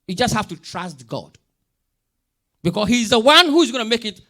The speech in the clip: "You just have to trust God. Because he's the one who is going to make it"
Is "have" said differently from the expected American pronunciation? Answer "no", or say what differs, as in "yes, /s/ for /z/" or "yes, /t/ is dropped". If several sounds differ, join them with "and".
yes, /f/ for /v/